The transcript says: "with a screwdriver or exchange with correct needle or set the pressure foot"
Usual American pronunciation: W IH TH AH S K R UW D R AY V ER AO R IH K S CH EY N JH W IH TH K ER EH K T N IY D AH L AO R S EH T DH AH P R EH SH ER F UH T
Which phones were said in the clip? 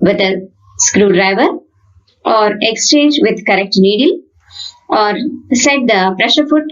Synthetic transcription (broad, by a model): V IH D AH S K R UW D R AY V ER AO R IH K S CH EY N JH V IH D K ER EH K T N IY D AH L AO R S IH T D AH P R EH SH ER F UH T